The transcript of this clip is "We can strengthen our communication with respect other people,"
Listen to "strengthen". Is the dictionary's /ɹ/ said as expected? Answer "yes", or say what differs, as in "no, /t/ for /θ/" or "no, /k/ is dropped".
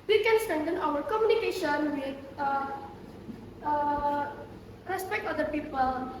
no, /ɹ/ is dropped